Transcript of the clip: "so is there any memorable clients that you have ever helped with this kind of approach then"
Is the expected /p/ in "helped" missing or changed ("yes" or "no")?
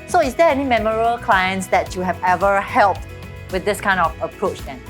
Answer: no